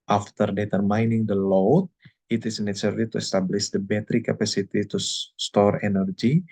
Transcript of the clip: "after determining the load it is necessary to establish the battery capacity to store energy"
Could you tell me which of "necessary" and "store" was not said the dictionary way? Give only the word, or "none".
necessary